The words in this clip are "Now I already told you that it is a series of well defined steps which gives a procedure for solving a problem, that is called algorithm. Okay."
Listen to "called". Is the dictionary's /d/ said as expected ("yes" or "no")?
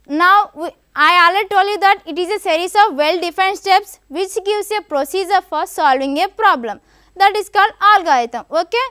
no